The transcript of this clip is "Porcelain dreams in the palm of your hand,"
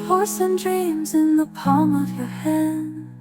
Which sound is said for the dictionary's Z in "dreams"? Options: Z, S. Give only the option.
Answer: Z